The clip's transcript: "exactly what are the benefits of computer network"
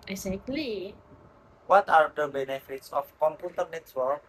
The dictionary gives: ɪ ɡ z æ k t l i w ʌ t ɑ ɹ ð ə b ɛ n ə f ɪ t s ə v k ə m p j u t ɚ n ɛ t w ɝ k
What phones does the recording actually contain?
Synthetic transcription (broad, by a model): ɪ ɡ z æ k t l i w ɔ t ɑ ɹ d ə b ɛ n ə f ɪ t s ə f k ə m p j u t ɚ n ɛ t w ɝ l